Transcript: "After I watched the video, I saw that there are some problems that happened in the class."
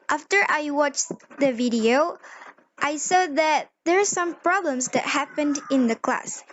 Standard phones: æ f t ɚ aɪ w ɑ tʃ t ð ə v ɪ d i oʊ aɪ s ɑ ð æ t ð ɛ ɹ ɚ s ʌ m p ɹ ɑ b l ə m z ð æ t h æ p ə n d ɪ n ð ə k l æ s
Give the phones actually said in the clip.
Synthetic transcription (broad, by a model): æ f t ɚ aɪ w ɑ tʃ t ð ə v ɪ d i oʊ aɪ s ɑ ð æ t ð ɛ ɹ s ʌ m p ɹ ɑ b l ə m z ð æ t h æ p ə n d ɪ n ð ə k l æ s